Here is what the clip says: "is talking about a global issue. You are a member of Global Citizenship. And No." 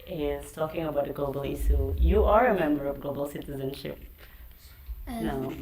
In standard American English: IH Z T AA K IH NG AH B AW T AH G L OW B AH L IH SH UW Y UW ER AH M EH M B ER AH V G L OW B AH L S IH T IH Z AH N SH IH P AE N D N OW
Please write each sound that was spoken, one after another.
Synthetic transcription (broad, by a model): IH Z T AA K IH NG AH B AW T AH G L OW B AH L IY S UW Y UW ER AH M EH M B ER AH V G L OW B AH L S IH T IH Z AH N SH IH P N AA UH